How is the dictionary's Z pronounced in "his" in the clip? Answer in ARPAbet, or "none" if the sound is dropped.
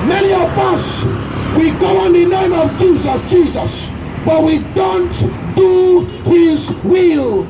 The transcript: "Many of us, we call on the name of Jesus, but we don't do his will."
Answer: Z